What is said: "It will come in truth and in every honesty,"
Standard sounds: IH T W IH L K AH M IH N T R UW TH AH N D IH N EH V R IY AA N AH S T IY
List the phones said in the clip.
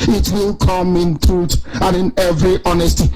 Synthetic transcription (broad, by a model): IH T W IH L K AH M IH N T R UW T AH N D IH N EH V R IY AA N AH S T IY